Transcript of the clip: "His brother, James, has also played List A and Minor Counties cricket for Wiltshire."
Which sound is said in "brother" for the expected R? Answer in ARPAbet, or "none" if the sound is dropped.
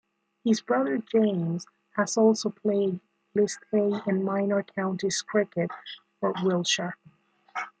R